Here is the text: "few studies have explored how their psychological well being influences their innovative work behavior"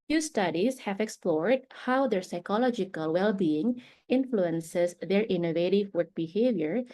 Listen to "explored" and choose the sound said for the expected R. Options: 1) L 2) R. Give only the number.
2